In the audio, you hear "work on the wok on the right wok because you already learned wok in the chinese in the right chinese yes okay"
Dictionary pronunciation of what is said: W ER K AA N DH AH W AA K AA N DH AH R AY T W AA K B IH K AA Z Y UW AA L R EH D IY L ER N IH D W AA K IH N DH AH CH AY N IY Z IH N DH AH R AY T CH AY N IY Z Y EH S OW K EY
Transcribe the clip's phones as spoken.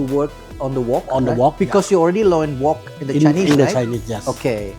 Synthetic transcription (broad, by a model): W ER K AA N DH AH W AA K AA N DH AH W AA K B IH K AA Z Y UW AA L R EH D IY L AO IH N W AA K IH N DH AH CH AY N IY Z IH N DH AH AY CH AY N IY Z Y EH S OW K EY